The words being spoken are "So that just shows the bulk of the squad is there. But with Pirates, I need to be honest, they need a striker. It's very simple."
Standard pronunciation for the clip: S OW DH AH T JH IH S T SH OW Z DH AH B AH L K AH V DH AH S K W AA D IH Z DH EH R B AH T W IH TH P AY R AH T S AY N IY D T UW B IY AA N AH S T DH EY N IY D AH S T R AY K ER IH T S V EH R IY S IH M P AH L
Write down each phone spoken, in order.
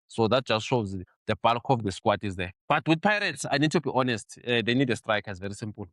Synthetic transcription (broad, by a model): S OW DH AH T JH IH S T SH OW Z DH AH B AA L K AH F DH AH S K W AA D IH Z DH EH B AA T W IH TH P AY R AH T S AY N IY D T UW B IY AA N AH S T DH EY N IY D AH S T R AY K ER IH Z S V EH R IY S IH M P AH L